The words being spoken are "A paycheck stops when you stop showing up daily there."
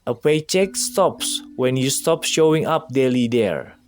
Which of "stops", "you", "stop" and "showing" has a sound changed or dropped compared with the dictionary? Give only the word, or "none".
none